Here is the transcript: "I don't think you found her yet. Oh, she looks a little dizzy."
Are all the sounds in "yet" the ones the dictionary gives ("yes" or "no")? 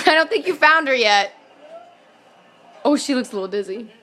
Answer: yes